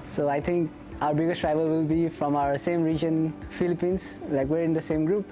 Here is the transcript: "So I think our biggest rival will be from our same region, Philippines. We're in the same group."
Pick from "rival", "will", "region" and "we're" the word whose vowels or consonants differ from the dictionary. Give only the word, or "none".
none